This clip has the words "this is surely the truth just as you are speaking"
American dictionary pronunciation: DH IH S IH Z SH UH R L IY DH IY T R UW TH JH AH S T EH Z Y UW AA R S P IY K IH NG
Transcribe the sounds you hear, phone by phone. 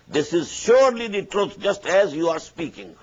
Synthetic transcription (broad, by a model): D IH S IH Z SH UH R L IY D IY T R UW T JH AH S T EH Z Y UW AA R S P IY K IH NG